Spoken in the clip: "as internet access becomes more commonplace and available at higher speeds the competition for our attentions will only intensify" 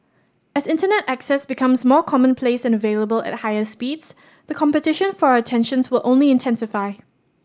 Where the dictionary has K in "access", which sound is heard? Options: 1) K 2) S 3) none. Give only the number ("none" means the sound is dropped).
1